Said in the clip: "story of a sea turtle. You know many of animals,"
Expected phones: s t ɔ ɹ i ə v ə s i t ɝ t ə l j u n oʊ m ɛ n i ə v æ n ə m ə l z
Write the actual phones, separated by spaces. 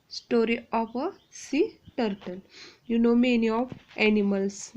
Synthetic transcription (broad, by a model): s t ɔ ɹ i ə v ə s i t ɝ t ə n j u n oʊ m ɛ n i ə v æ n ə m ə l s